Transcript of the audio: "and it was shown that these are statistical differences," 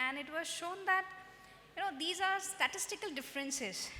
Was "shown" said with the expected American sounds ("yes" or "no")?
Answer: yes